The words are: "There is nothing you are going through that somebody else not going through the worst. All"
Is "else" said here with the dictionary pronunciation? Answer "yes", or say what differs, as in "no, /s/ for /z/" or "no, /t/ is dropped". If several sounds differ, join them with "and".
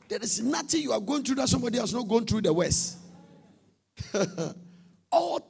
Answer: no, /l/ is dropped